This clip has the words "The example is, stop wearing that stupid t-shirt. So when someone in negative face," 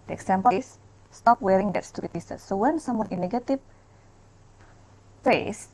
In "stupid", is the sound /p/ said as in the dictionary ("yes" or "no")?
no